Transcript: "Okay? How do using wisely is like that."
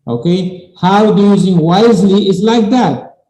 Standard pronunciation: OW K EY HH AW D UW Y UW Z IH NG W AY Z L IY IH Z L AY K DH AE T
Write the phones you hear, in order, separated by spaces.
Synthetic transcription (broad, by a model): OW K EY HH AW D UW Y UW Z IH NG W AY Z L IY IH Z L AY K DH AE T